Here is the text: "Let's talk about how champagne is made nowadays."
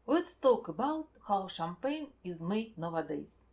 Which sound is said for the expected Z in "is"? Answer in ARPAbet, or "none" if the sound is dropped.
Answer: Z